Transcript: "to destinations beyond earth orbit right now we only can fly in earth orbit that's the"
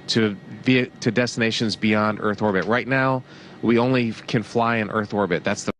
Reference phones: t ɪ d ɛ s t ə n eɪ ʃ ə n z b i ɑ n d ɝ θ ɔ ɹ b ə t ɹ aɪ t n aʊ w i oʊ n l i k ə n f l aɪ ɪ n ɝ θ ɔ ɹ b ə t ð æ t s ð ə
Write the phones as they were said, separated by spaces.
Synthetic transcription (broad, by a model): t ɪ d ɛ s t ə n eɪ ʃ ə n z b i ɑ n d ɝ θ ɔ ɹ b ə t ɹ aɪ t n aʊ w i oʊ n l i k ə n f l aɪ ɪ n ɝ θ ɔ ɹ b ə t ð æ t s ð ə